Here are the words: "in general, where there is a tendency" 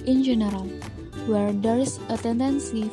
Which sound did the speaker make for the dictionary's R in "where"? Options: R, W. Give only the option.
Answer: R